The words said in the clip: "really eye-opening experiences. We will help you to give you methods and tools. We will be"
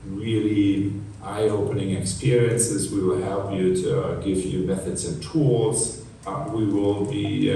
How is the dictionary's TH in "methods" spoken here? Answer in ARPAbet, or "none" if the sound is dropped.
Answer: TH